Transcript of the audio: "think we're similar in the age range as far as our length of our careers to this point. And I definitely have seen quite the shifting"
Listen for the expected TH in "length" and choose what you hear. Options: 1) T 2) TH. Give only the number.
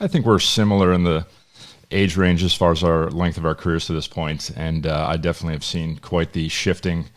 2